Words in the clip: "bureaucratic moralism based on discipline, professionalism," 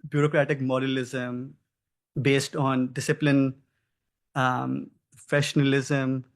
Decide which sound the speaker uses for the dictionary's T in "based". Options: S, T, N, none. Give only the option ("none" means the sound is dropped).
T